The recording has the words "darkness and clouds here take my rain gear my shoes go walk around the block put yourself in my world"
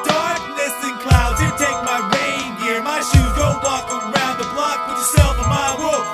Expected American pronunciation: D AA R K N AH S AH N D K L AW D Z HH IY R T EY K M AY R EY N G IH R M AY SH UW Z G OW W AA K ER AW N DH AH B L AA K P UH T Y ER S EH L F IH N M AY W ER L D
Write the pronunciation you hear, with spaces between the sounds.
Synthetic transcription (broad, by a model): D AA R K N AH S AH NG K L AW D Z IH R T EY K M AY R EY N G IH R M AY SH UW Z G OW W AA K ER AW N DH AH B L AA K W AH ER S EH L IH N M AY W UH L